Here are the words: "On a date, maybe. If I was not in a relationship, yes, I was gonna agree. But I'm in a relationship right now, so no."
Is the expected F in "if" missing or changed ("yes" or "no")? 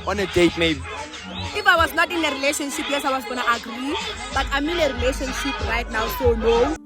no